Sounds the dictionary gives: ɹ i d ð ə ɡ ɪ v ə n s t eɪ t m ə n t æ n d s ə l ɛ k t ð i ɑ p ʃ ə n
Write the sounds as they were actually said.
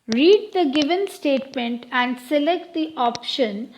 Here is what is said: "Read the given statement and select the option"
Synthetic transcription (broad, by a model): ɹ i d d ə ɡ ɪ v ə n s t eɪ t m ə n t æ n d s ə l ɛ k t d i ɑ p ʃ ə n